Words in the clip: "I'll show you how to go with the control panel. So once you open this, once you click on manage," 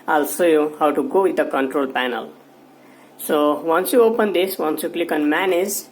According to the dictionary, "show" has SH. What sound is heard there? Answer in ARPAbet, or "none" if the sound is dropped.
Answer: S